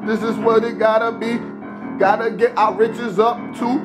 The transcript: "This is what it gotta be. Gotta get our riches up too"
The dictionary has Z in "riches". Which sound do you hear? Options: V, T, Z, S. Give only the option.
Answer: Z